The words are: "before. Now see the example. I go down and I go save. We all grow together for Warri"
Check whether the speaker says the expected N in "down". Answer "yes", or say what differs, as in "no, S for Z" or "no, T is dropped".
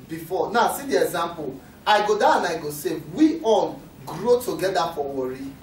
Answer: no, N is dropped